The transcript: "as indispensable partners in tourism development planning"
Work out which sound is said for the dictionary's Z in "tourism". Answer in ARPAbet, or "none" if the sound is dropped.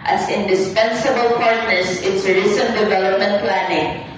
S